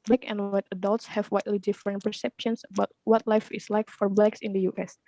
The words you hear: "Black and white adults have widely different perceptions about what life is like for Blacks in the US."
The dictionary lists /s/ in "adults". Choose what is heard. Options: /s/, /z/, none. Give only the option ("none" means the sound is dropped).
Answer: /s/